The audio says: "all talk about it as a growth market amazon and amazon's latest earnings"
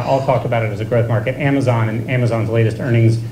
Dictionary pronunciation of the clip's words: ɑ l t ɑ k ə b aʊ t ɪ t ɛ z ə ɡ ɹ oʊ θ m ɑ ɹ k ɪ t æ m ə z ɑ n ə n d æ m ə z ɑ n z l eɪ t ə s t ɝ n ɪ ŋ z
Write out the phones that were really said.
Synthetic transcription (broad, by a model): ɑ l t ɑ k ə b aʊ t ɪ t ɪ z ə ɡ ɹ oʊ θ m ɑ ɹ k ɪ t æ m ə z ɑ n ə n æ m ə z ɑ n z l eɪ t ə s t ɝ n ɪ ŋ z